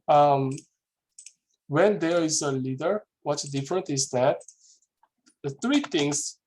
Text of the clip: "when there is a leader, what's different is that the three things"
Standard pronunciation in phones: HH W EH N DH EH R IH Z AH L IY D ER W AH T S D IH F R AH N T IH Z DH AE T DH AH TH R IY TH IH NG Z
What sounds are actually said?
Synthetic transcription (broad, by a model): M W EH N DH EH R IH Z AH L IY D ER W AH T S D IH F R AH N T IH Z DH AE T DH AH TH R IY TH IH NG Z